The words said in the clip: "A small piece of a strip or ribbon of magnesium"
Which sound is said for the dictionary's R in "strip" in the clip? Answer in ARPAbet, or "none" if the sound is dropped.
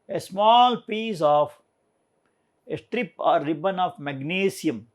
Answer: R